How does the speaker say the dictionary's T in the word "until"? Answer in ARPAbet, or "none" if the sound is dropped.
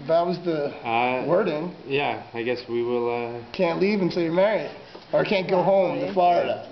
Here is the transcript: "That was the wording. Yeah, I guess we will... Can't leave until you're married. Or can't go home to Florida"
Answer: S